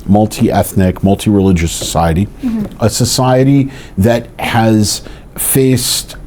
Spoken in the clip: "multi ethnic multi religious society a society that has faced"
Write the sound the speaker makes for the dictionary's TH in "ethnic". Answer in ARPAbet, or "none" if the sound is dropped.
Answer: TH